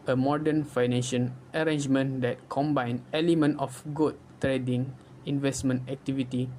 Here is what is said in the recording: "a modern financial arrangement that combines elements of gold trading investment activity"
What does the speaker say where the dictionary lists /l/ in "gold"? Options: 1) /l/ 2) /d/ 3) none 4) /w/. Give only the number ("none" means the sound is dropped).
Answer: 3